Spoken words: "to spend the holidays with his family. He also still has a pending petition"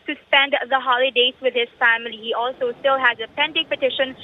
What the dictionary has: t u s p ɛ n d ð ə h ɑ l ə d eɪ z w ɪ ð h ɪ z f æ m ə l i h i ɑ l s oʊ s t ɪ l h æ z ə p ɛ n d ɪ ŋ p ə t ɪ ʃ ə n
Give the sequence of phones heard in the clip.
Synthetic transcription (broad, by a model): t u s p ɛ n d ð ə h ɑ l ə d eɪ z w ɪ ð h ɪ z f æ m ə l i h i ɑ l s oʊ s t ɪ l h æ z ə p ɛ n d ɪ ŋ p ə t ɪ ʃ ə n